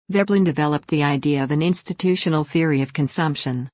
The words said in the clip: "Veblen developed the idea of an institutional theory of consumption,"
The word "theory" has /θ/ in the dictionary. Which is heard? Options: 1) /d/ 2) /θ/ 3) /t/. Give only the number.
2